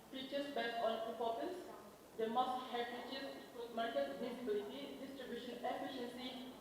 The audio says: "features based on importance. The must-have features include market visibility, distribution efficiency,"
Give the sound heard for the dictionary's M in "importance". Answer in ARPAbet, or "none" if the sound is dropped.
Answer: none